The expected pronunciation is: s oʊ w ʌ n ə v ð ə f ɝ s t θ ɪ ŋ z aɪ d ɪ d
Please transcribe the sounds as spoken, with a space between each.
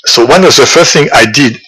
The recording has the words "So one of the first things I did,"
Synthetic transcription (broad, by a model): s oʊ w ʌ n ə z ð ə f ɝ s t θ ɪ ŋ aɪ d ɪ d